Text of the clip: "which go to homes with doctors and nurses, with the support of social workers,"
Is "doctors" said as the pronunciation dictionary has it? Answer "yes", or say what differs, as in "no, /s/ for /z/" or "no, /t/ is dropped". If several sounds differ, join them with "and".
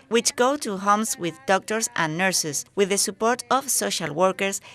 no, /s/ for /z/